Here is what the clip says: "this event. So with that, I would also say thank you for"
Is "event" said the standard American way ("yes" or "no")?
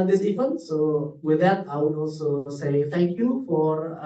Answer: no